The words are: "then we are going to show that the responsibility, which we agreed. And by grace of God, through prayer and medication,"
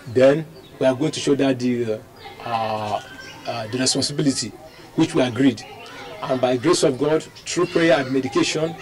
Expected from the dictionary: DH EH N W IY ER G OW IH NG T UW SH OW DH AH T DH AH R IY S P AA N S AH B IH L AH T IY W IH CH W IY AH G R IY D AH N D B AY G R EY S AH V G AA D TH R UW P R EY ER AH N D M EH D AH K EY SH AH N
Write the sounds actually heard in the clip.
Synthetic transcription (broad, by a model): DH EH N W IY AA G OW IH NG T UW SH OW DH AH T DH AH R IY S P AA N S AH B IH L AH T IY W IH CH W IY AH G R IY D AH N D B AY G R EY S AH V G AA D T R UW P R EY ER AH N D M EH D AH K EY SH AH N